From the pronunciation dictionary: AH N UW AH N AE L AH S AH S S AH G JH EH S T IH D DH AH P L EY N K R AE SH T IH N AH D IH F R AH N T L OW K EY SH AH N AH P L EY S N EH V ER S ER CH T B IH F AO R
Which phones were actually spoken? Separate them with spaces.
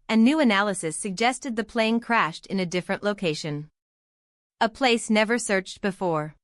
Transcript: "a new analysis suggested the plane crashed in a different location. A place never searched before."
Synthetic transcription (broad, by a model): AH N UW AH N AE L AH S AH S S AH G JH EH S T IH D DH AH P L EY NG K R AE SH T IH N AH D IH F R AH N T L OW K EY SH AH N AH P L EY S N EH V ER S ER CH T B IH F AO R